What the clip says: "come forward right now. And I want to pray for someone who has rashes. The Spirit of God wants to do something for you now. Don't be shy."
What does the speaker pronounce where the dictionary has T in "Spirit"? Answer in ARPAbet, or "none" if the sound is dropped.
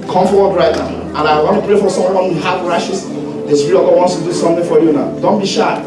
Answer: none